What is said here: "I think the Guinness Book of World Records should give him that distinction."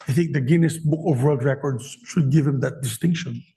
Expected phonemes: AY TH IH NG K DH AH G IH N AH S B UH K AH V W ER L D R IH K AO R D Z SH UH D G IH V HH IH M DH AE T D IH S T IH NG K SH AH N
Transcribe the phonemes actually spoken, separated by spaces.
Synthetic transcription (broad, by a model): AY TH IH NG K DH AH G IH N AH S B UH K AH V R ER D R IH K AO R D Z SH UH D G IH V HH IH M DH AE T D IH S T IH NG K SH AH N